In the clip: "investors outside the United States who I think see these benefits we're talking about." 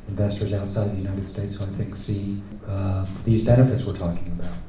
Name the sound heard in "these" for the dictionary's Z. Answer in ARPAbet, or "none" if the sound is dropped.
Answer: Z